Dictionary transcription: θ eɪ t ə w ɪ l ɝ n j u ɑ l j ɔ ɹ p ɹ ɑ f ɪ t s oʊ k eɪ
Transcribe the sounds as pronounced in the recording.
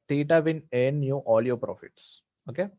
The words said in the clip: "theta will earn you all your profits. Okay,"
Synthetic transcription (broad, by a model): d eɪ t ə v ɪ n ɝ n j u ɑ l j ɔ p ɹ ɑ f ɪ t s oʊ k eɪ